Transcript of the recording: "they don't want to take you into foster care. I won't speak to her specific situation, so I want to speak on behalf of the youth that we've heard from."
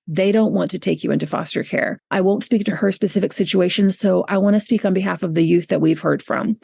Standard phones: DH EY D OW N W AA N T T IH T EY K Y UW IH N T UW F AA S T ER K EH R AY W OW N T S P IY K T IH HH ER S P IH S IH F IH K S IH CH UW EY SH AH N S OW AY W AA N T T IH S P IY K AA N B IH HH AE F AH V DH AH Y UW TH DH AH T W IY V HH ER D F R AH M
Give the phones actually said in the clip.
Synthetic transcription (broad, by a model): DH EY D OW N W AA N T T IH T EY K Y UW IH N T UW F AA S T ER K EH R AY W OW N T S P IY K T IH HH ER S P IH S IH F IH K S IH CH UW EY SH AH N S OW AY W AA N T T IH S P IY K N B IH HH AE F AH V DH AH Y UW TH DH AH T W IY V HH ER D F R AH M